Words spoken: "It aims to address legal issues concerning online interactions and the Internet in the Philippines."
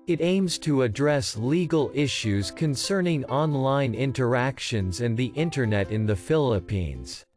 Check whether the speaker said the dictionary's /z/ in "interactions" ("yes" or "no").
yes